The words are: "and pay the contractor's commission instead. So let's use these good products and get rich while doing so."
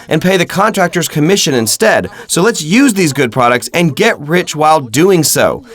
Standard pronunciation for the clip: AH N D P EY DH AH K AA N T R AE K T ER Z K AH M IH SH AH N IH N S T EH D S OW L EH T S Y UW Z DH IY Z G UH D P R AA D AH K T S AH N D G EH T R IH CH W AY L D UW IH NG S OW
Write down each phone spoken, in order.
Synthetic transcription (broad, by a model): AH N P EY DH AH K AA N T R AE K T ER Z K AH M IH SH AH N IH N S T EH D S OW L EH T S Y UW Z DH IY Z G UH D P R AA D AH K T S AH N G EH T R IH CH W AY L D UW IH NG S OW